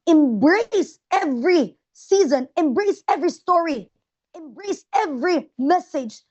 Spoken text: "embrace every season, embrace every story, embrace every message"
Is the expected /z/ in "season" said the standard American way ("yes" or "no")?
yes